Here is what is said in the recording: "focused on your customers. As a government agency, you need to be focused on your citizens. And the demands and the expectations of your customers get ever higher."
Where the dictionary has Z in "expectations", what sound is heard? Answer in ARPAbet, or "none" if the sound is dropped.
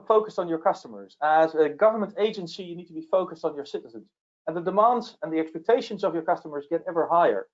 Z